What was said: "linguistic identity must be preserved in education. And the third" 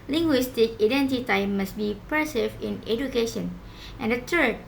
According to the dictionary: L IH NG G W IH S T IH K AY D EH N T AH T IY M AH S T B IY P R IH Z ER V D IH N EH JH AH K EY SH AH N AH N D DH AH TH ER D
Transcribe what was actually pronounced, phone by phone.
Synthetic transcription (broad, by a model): L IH NG G W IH S T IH K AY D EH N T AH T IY M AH S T B IY P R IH S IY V IH N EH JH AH K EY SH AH N AH N D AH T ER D